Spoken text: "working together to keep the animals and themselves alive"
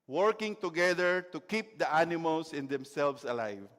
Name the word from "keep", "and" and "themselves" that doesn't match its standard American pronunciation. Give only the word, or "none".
themselves